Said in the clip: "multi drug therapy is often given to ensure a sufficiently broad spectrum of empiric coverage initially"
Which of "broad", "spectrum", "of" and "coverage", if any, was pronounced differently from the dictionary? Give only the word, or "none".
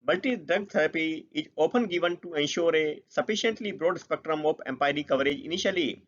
of